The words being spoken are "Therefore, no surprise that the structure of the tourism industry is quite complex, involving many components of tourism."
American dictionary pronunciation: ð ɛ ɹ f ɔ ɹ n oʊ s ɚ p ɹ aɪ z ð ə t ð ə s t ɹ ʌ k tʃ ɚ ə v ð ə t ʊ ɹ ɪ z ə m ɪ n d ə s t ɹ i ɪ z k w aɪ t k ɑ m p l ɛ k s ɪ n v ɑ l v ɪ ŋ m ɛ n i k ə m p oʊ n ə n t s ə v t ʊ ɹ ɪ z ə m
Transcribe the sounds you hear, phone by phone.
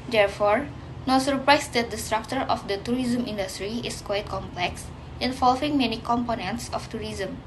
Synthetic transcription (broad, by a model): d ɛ ɹ f ɔ ɹ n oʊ s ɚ p ɹ aɪ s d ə t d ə s t ɹ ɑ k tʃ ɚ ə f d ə t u ɹ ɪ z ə m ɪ n d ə s t ɹ i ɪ s k w aɪ t k ɑ m p l ɛ k s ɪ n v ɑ l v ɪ ŋ m ɛ n i k ə m p oʊ n ə n t s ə f t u ɹ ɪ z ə m